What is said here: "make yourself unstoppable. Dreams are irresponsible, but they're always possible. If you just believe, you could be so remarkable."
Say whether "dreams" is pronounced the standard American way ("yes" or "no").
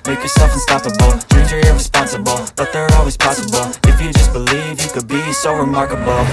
no